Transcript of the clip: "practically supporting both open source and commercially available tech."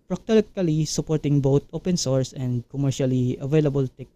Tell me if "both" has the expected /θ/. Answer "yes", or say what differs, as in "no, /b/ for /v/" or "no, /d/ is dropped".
no, /t/ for /θ/